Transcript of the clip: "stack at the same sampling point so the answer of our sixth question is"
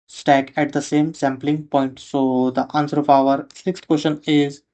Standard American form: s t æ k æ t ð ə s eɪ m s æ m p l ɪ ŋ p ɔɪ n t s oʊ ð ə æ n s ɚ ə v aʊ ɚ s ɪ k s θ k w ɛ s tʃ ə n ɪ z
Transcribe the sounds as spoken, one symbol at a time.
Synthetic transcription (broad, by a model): s t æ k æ t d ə s eɪ m s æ m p l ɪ ŋ p ɔɪ n t s oʊ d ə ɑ n s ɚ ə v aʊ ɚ s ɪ k s t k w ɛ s ʃ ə n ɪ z